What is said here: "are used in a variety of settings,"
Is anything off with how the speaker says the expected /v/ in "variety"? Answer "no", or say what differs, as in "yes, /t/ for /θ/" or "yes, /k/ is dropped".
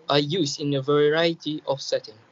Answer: no